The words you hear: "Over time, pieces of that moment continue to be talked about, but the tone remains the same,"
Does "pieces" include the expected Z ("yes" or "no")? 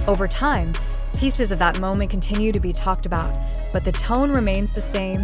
yes